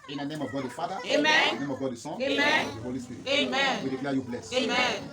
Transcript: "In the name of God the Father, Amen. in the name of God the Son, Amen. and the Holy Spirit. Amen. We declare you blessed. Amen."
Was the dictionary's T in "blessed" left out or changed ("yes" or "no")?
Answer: yes